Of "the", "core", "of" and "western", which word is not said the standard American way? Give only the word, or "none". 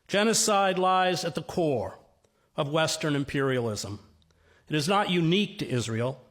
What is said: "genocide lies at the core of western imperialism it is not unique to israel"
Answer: none